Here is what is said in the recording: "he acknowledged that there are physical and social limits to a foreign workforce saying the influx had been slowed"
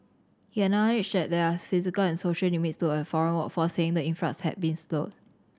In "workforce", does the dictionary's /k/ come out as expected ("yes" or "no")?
no